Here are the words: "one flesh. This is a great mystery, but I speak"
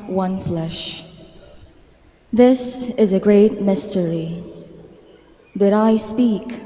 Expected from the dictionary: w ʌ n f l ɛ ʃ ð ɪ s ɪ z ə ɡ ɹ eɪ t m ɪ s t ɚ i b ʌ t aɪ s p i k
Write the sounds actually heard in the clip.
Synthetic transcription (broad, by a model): w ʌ n f l ɛ ʃ ð ɪ s ɪ z ə ɡ ɹ eɪ t m ɪ s t ɚ i b ʌ t aɪ s p i k